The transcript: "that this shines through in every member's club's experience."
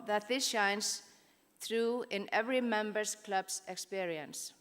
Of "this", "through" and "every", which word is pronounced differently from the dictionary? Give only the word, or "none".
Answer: none